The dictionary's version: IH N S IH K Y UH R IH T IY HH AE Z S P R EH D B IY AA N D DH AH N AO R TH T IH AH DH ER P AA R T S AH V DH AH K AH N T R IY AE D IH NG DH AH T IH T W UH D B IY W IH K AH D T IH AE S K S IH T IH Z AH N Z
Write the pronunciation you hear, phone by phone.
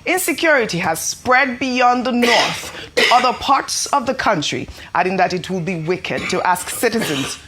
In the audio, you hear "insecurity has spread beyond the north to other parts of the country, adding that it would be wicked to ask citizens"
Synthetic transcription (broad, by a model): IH N S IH K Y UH R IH T IY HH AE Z S P R EH D B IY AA N DH AH N AO R TH T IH AH DH ER P AA R T S AH V DH AH K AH N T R IY AE D IH NG DH AH T IH T W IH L B IY W IH K AH D T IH AE S K S IH T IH Z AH N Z